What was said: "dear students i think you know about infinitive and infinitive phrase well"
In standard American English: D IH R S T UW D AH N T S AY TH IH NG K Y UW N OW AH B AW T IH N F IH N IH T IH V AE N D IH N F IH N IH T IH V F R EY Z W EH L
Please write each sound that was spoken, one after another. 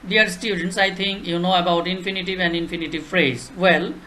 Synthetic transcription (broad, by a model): D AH R S T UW D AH N T S AY T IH NG K Y UW N OW AH B AW T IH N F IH N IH T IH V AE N D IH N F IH N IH T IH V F R EY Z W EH L